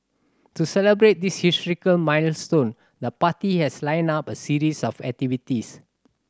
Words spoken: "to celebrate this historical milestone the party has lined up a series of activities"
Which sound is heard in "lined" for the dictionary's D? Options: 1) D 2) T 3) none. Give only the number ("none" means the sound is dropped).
3